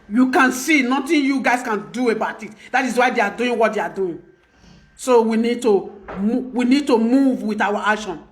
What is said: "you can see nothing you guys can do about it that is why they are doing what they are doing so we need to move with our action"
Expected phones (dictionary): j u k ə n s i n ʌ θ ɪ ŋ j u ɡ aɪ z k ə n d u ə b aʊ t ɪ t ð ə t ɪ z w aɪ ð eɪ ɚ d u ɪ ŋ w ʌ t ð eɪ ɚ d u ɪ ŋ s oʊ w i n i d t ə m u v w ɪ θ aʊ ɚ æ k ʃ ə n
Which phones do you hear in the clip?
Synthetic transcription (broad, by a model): j u k ə n s i n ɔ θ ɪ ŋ j u ɡ aɪ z k ə n d u ə b aʊ t ɪ t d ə t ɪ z w aɪ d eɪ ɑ d u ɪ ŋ w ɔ t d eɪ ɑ d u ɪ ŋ s oʊ w i n i d t ə m u v w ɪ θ aʊ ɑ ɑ k ʃ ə n